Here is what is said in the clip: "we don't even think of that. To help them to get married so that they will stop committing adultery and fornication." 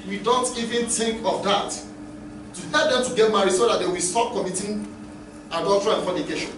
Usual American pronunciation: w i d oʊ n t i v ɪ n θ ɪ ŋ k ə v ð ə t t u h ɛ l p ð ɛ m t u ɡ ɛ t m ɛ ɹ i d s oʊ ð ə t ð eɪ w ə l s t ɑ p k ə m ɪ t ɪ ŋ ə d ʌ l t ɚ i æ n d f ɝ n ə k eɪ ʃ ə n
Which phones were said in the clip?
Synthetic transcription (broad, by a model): w i d oʊ n t i v ɪ n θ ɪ ŋ k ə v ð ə t t u h ɛ l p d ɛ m t u ɡ ɛ t m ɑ ɹ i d s oʊ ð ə t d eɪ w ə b s t ɑ p k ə m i t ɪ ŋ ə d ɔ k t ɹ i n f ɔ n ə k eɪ ʃ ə n